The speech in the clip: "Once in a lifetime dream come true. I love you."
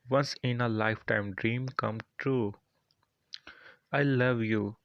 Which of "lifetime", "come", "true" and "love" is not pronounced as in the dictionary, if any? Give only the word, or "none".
none